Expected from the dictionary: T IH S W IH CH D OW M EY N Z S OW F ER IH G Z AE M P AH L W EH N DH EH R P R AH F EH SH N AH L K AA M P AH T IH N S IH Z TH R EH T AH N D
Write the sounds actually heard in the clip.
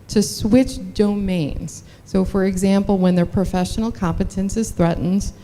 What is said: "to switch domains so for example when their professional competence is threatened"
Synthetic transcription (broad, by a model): T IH S W IH CH D OW M EY N Z S OW F ER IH G Z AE M P L W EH N DH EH R P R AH F EH SH N L K AA M P AH T IH N S IH Z TH R EH T N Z